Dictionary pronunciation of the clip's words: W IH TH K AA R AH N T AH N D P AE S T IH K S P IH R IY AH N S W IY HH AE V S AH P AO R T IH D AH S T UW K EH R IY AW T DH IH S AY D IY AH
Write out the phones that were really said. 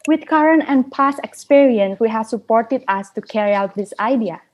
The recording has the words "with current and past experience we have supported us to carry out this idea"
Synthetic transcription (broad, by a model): W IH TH K AA R AH N T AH N P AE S IH K S P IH R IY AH N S W IY HH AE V S AH P AO R T IH D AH S T UW K EH R IY AW T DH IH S AY D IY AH